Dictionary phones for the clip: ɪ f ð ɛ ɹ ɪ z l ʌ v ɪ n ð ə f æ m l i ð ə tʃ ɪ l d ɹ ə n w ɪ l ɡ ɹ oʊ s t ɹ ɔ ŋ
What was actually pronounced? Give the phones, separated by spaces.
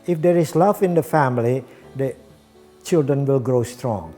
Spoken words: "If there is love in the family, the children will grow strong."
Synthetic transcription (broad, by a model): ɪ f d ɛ ɹ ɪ s l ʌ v ɪ n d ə f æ m l i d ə tʃ ɪ l d ɹ ə n w ɪ l ɡ ɹ oʊ s t ɹ ɔ ŋ